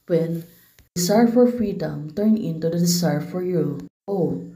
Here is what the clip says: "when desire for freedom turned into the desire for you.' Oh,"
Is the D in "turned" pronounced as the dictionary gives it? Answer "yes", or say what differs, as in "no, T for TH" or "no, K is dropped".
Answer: no, D is dropped